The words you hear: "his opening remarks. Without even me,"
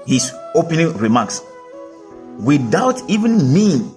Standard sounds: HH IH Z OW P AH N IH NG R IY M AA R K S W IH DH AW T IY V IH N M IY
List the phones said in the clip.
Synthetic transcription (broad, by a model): HH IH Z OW P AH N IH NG R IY M AA K S W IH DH AW T IY V IH N M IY